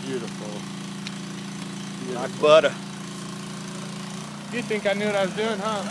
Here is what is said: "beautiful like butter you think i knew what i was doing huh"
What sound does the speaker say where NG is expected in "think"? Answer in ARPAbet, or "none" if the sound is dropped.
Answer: NG